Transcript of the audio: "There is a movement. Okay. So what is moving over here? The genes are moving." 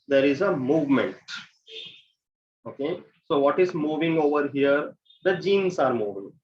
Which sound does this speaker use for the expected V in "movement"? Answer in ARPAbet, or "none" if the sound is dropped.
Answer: V